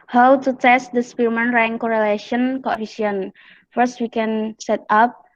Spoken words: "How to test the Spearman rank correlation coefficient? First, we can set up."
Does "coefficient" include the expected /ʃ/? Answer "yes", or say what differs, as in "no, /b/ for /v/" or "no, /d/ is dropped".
no, /ʃ/ is dropped